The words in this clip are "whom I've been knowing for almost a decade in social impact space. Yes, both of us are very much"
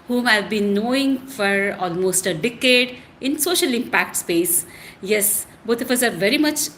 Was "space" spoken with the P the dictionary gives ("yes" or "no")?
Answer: yes